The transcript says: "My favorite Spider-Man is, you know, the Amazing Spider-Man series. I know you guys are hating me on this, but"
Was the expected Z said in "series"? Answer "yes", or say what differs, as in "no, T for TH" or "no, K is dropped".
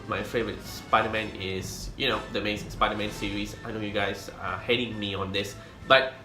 no, S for Z